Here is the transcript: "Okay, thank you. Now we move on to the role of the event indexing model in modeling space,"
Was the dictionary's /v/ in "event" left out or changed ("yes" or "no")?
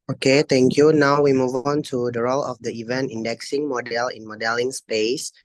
no